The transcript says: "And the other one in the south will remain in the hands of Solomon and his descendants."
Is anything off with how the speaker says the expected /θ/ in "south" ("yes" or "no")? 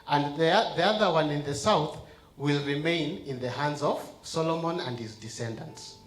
no